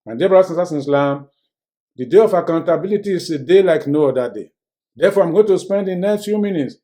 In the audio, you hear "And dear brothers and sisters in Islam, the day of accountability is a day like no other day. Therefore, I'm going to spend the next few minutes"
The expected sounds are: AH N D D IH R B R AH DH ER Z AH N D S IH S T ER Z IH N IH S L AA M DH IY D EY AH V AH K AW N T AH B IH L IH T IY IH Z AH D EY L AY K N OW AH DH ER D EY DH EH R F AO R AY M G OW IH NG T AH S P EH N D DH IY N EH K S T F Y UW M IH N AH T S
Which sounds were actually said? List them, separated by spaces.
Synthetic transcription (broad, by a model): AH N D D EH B AH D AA S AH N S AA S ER IH N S L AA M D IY D EY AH F AH K AW N T AH B IH L IH T IY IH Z AH D EY L AY K N OW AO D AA D EY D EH F AO AY M G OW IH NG T AH S P EH N D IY N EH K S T F Y UW M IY N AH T S